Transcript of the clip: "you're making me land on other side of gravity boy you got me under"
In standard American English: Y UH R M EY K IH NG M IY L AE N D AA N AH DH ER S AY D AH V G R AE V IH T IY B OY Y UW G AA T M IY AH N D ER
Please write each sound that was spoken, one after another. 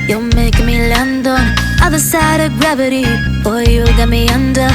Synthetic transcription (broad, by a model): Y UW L M EY IH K M IY L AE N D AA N AH DH ER S AY D AH V G R AE V IH T IY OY Y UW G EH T M IY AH N D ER